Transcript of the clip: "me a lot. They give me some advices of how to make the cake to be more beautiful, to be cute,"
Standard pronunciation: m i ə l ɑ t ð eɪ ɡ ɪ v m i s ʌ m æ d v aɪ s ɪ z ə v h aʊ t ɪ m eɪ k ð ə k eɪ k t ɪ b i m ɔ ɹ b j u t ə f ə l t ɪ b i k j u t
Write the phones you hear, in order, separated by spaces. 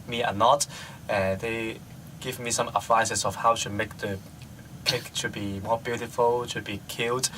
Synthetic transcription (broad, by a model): m i ə n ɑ t ð eɪ ɡ ɪ v m i s ʌ m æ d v aɪ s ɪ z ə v h aʊ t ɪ m eɪ k ð ə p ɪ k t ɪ b i m ɔ ɹ b j u t ə f ə l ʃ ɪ b i k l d